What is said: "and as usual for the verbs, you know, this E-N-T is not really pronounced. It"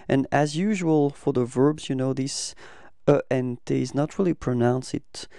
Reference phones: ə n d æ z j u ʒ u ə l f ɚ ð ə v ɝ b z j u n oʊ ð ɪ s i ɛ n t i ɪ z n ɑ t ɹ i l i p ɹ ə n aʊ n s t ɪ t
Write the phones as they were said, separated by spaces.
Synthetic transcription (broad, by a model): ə n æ z j u ʒ u ə l f ɚ ð ə v ɝ b z j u n oʊ ð ɪ s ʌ ɛ n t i ɪ z n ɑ t ɹ i l i p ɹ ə n aʊ n s ɪ t